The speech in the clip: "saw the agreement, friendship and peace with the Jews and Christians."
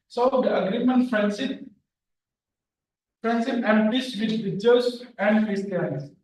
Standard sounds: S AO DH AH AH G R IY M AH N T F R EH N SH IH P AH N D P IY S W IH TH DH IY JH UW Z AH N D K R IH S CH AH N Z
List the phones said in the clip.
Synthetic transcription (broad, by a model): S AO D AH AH G R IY M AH N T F R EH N S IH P AH N D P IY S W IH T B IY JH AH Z AH N D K R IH S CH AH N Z